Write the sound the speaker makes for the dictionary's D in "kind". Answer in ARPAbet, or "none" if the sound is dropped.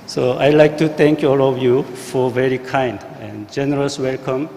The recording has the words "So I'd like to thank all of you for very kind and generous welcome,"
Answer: D